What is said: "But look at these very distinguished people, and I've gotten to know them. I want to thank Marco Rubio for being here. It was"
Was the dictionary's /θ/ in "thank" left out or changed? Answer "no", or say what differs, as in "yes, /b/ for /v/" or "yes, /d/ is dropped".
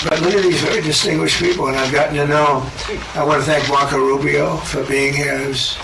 no